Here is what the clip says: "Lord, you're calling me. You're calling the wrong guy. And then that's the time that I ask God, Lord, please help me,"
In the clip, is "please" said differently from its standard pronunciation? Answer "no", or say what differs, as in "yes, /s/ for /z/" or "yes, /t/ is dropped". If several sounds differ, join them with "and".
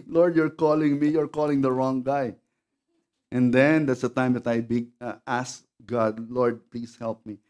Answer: yes, /s/ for /z/